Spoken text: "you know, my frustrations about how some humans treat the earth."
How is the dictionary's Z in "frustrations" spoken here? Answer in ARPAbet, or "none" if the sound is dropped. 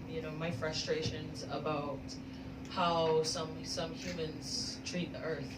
Z